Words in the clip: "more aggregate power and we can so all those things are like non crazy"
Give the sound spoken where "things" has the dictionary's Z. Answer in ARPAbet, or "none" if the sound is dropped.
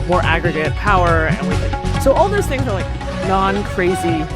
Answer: Z